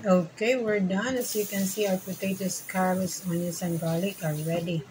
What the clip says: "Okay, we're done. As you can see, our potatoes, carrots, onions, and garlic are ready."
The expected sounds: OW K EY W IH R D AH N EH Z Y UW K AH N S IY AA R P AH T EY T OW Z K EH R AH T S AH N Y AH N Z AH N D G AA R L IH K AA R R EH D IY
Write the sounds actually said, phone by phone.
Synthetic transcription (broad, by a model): OW K EY W IH R D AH N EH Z Y UW K AH N S IY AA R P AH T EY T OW S K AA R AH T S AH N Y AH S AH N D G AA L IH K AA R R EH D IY